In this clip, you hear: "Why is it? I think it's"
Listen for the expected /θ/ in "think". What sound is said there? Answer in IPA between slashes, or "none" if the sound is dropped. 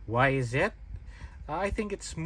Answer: /θ/